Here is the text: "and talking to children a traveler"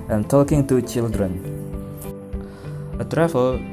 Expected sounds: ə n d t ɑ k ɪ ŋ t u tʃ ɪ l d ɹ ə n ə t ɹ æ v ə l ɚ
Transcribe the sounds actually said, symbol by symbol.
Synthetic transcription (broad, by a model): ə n t ɑ k ɪ ŋ t u tʃ ɪ l d ɹ ə n ə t ɹ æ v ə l